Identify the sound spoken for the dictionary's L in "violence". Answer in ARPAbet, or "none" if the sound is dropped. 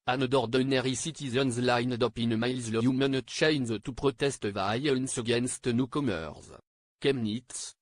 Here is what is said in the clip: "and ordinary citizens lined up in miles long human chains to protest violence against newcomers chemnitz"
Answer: none